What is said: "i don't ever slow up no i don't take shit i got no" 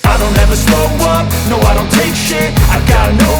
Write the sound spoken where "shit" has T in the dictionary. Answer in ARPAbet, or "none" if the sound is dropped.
none